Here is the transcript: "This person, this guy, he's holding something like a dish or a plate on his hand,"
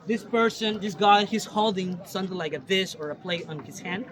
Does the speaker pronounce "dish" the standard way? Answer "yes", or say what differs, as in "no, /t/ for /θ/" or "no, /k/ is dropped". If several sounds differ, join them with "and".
no, /s/ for /ʃ/